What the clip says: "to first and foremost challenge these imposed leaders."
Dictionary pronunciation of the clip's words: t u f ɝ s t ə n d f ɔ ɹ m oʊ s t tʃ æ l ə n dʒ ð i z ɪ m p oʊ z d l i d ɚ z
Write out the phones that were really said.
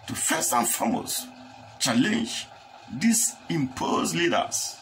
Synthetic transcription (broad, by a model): t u f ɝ s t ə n f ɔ m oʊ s tʃ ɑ l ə n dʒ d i s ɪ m p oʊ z l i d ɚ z